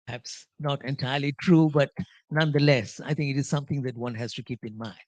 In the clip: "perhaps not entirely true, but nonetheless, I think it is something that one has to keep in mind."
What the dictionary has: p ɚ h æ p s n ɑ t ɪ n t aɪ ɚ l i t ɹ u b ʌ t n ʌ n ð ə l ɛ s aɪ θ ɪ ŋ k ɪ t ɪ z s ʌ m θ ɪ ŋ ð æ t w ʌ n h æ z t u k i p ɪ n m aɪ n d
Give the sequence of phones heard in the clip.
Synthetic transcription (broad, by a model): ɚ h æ p s n ɑ t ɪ n t aɪ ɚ l i t ɹ u b ʌ t n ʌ n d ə l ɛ s aɪ t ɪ ŋ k ɪ t ɪ z s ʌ m t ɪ ŋ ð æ t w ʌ n h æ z t u k i p ɪ n m aɪ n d